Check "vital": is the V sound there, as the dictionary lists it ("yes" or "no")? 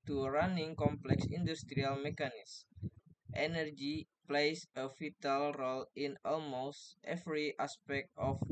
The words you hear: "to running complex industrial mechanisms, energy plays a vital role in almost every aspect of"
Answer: no